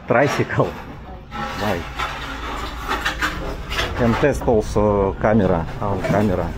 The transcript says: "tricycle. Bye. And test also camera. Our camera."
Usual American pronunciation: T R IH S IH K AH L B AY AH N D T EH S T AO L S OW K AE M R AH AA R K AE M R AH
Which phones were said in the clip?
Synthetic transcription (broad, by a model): T R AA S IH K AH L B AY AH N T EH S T AO L S OW K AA M R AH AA W K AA M R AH